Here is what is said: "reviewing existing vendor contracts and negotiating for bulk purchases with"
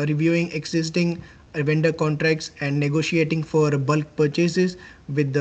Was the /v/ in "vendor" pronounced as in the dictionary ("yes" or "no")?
yes